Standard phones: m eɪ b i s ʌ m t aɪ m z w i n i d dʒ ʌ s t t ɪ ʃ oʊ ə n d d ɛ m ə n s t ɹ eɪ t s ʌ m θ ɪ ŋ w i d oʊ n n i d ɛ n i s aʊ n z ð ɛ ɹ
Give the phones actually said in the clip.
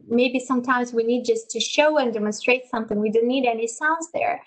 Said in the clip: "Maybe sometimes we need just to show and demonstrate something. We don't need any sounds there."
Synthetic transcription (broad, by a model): m eɪ b i s ʌ m t aɪ m z w i n i d dʒ ʌ s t t ɪ ʃ oʊ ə n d d ɛ m ə n s t ɹ eɪ t s ʌ m θ ɪ ŋ w i d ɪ n n i d ɛ n i s aʊ n z ð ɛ ɹ